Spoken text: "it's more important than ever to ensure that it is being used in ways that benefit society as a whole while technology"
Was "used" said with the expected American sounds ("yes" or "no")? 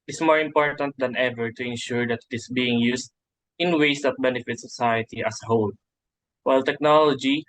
no